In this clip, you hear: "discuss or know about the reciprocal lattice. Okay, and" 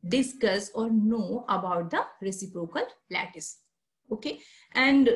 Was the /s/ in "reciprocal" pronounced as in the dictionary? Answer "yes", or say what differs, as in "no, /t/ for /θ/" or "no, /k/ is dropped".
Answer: yes